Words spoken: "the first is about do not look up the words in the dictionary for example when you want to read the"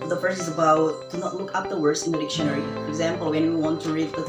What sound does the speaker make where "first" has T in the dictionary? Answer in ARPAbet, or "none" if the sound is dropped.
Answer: none